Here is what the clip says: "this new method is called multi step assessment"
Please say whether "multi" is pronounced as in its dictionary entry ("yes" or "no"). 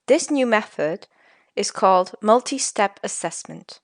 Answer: yes